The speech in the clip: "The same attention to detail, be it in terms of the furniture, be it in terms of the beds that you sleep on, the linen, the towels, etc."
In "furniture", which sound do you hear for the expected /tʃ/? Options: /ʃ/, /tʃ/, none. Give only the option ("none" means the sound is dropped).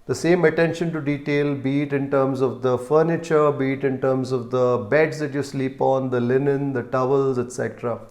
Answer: /tʃ/